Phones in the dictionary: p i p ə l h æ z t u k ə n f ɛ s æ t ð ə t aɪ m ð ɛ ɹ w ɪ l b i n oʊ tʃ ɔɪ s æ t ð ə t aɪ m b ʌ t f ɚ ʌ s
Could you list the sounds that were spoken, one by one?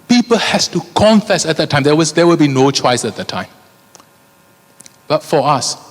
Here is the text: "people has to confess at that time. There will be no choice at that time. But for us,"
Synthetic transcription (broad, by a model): p i p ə l h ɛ s t u k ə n f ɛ s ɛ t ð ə t aɪ m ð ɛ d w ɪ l b i n oʊ tʃ ɔɪ s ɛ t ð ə t aɪ m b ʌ t f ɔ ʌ s